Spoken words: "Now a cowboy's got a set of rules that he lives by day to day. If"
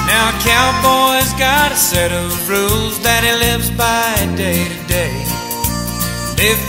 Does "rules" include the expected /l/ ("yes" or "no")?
yes